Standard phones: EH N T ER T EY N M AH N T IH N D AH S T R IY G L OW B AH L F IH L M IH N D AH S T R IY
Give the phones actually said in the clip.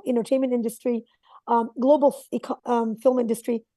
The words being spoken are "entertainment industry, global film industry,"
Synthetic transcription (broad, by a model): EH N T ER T EY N M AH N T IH N D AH S T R IY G L OW B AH L F IH L M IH N D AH S T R IY